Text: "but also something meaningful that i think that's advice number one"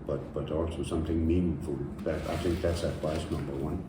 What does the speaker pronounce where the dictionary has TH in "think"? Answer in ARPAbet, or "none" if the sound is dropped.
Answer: TH